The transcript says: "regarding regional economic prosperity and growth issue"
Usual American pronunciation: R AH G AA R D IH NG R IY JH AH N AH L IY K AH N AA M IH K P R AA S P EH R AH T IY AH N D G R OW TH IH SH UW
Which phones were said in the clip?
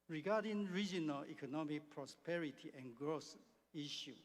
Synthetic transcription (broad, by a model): R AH G AA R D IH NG R IY JH AH N AH L IY K AH N AA M IH K P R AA S P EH R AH T IY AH N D G R OW S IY SH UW